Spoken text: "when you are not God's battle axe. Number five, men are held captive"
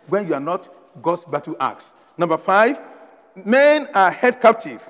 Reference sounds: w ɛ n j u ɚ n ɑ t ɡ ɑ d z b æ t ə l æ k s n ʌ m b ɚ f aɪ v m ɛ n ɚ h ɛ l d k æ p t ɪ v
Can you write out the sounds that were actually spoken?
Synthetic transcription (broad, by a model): w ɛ n j u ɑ n ɑ t ɡ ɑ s b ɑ t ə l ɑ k s n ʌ m b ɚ f aɪ v m ɛ n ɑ h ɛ d k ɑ p t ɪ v